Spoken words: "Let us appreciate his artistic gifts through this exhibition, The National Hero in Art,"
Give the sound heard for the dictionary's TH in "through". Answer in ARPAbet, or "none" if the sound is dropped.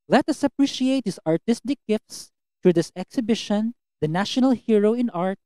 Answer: T